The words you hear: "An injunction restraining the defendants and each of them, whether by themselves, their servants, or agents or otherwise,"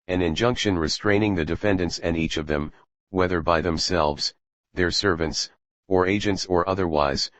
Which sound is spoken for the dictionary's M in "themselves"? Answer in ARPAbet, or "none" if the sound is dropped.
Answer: M